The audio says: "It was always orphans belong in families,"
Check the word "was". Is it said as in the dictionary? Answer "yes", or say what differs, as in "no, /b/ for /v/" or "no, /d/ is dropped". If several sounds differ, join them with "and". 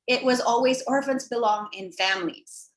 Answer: yes